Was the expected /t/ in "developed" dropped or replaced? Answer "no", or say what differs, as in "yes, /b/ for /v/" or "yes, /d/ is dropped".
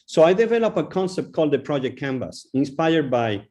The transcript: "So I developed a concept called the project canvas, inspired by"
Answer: yes, /t/ is dropped